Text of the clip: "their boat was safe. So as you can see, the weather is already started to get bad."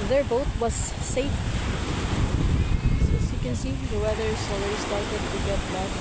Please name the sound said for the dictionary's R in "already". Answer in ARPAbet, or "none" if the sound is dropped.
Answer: none